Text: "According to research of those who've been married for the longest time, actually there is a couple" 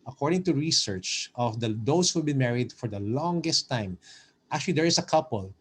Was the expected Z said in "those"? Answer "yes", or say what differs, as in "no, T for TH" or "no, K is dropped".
no, S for Z